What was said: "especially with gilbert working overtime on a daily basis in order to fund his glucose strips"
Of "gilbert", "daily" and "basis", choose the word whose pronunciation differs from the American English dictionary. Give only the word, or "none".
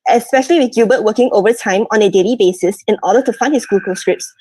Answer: gilbert